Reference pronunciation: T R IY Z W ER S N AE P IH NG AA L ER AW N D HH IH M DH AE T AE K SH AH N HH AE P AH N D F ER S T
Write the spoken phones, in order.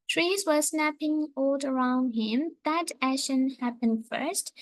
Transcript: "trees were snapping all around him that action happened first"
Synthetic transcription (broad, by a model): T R IY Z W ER S N AE P IH NG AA L ER AW N D HH IH M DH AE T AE SH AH N HH AE P AH N D F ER S T